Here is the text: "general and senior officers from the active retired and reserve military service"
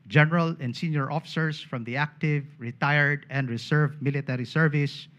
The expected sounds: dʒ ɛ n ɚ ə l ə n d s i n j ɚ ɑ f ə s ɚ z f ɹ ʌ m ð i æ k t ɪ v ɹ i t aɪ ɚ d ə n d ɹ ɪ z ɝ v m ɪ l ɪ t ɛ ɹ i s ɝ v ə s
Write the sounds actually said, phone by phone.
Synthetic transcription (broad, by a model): dʒ ɛ n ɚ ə l ə n d s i n j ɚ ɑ f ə s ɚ s f ɹ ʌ m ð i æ k t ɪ v ɹ i t aɪ ɚ d ə n d ɹ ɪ s ɝ v m ɪ l ɪ t ɛ ɹ i s ɝ v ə s